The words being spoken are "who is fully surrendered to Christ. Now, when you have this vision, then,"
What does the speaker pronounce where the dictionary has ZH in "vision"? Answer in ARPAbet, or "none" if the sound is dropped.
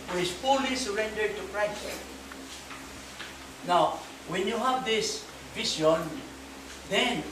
S